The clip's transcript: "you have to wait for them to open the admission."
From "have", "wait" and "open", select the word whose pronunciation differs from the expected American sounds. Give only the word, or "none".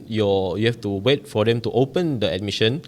have